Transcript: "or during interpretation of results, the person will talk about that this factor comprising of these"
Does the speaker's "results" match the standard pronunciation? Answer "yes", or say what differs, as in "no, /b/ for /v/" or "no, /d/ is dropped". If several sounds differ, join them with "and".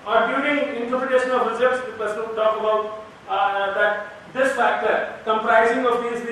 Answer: no, /l/ is dropped